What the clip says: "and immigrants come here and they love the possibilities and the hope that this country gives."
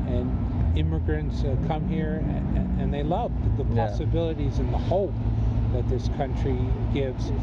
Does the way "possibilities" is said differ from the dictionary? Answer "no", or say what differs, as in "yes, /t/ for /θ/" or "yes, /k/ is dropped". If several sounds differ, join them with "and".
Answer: no